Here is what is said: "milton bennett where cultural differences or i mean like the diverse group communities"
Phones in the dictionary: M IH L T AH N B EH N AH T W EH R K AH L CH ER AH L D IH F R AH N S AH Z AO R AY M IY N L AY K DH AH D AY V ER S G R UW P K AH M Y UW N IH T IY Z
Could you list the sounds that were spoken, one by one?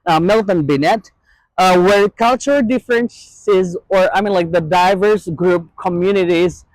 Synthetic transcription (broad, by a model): M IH L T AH N B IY N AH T W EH R K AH L CH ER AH L D IH F R AH N S AH Z AO R AY M IY N L AY K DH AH D AY V ER S G R UW P K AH M Y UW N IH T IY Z